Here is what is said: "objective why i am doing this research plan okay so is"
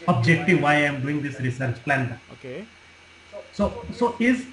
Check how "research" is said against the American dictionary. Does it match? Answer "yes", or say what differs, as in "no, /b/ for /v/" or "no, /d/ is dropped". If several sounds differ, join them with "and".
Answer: yes